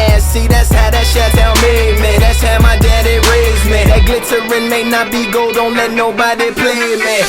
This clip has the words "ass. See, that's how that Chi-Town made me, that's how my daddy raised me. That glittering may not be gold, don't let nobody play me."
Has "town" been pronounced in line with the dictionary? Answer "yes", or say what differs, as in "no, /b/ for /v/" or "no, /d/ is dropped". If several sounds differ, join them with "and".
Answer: no, /l/ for /n/